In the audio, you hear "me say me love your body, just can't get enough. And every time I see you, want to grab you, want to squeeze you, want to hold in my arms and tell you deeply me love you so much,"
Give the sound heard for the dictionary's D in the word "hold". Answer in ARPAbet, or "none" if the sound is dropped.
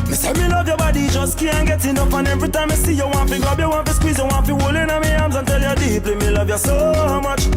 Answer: none